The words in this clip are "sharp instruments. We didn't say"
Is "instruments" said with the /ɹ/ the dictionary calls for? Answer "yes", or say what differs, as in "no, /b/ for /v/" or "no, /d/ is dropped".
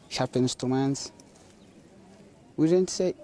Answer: no, /ɹ/ is dropped